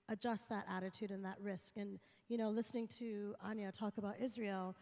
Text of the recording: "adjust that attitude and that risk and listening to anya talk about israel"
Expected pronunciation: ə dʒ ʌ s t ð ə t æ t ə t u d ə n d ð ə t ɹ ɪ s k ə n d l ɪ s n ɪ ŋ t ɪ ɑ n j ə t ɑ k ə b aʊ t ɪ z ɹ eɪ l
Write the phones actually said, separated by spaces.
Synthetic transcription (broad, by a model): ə dʒ ʌ s t ð ə t æ t ə t u d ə n ð ə t ɹ ɪ s k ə n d l ɪ s n ɪ ŋ t ɪ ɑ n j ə t ɑ k ə b aʊ t ɪ z ɹ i l